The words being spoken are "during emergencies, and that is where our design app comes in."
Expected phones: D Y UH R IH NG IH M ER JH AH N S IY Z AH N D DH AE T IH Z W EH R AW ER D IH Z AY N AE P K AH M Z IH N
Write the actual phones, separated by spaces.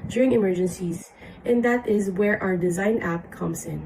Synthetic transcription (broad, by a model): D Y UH R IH NG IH M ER JH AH N S IY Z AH N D DH AE T IH Z W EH R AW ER D IH Z AY N AE P K AH M Z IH N